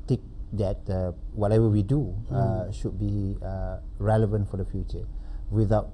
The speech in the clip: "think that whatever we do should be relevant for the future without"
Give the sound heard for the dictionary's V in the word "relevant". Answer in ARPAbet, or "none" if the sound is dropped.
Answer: V